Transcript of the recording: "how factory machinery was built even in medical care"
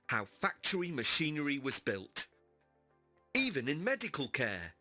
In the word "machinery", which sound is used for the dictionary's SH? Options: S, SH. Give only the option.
SH